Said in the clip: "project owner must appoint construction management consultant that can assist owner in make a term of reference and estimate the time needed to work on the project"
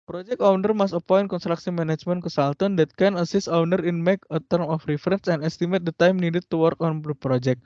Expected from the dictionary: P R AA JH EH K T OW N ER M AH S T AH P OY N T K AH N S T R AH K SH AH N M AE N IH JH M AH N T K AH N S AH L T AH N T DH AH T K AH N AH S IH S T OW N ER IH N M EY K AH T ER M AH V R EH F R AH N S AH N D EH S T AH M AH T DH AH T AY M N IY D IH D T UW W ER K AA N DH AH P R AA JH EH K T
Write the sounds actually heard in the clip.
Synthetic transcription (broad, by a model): P R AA JH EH K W N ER M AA S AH P OY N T K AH N S T R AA K S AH M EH N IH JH M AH N K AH S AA L T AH N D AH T K AH N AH S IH S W N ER IH N M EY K AH T ER M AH F R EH F R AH N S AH N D EH S T AH M AH T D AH T AY M N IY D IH T UW W ER K AA N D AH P R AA JH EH K